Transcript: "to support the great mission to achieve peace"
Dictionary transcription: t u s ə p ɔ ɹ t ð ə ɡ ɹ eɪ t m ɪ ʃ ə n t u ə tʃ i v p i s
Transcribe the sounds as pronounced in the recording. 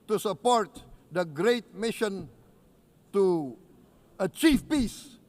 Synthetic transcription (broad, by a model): t u s ə p ɔ ɹ t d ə ɡ ɹ eɪ t m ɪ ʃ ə n t u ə tʃ i f p i s